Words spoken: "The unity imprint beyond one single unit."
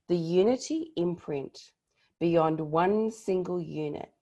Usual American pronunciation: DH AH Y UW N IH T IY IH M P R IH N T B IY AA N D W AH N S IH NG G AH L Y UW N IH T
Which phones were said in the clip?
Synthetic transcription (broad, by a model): DH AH Y UW N IH T IY IH M P R IH N T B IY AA N D W AH N S IH NG G AH L Y UW N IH T